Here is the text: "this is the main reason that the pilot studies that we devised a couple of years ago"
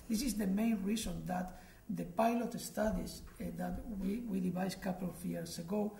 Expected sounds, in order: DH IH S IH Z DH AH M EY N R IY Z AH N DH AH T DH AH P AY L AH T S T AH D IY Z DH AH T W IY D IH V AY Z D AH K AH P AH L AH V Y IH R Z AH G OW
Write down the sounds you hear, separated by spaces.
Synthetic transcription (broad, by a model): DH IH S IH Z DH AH M EY N R IY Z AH N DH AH T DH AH P AY L AH T S T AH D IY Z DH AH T W IY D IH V AY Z K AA P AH L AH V Y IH R S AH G OW